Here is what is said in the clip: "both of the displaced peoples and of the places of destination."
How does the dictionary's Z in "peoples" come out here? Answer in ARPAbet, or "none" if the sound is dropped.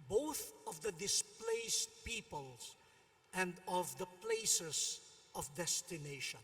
S